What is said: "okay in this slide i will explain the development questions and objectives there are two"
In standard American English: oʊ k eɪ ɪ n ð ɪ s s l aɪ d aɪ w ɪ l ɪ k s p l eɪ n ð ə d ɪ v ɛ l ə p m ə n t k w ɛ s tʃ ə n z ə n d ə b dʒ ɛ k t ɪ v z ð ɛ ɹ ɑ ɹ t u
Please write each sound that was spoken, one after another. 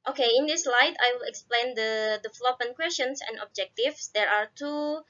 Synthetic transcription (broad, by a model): oʊ k eɪ ɪ n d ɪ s s l aɪ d aɪ w ɪ l ɪ k s p l eɪ n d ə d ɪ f l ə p ə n k w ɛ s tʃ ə n s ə n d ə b dʒ ɛ k t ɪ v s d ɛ ɹ ɑ ɹ t u